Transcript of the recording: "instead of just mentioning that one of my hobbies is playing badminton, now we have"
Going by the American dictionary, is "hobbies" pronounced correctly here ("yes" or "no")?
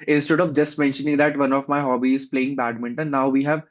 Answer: no